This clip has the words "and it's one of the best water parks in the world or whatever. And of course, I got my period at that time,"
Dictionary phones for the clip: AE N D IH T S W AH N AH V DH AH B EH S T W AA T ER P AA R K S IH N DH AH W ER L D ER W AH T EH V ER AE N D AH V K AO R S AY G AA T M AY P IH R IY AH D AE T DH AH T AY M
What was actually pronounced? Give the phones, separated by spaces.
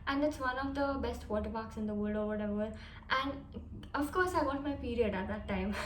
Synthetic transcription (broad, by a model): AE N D IH T S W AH N AH V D AH B EH S T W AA T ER B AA K S IH N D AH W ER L D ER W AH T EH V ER AE N D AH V K AO R S AY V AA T M AY P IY R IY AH D AE T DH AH T AY M